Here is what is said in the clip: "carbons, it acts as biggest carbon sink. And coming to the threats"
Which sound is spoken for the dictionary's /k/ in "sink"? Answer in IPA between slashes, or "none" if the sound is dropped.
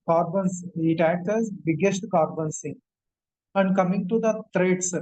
none